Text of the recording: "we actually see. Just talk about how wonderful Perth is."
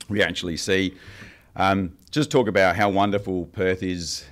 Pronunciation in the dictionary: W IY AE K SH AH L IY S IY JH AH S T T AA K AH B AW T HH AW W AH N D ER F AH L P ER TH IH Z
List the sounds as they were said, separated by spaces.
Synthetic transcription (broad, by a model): W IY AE K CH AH L IY S IY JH AH S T T AA K AH B AW T HH AW W AH N D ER F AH L P ER TH IH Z